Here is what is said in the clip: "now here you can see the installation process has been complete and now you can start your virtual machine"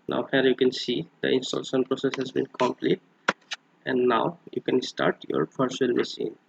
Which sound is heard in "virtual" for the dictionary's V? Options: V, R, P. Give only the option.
P